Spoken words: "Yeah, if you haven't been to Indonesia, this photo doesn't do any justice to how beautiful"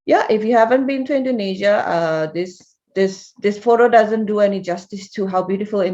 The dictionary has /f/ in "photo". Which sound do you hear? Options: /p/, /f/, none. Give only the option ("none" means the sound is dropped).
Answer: /f/